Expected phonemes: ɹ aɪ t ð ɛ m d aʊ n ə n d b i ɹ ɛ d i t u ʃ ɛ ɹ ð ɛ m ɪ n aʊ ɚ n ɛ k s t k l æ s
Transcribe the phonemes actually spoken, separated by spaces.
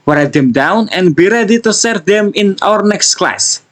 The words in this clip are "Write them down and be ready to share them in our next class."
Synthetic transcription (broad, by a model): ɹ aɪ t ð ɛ m d aʊ n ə n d b i ɹ ɛ d i t u s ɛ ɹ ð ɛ m ɪ n aʊ ɚ n ɛ k s t k l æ s